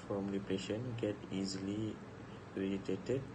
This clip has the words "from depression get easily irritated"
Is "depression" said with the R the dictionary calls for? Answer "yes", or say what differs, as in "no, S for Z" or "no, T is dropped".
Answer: no, R is dropped